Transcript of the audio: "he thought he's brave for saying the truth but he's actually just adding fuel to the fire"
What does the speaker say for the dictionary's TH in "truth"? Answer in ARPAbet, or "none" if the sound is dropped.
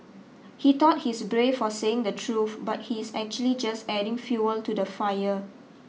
F